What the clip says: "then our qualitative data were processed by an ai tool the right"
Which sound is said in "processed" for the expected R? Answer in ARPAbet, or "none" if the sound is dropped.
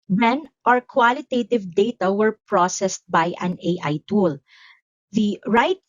R